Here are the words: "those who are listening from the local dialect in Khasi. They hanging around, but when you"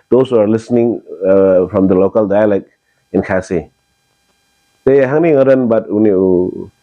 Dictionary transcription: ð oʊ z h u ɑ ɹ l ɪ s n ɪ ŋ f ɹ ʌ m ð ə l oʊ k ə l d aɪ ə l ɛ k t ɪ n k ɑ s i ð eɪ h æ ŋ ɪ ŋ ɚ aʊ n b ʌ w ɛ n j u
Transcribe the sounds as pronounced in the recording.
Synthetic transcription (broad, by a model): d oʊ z h u ɑ ɹ l ɪ s n ɪ ŋ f ɹ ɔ m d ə l oʊ k ə l d aɪ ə l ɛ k ɪ n k ɑ s i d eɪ h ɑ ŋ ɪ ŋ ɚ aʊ n b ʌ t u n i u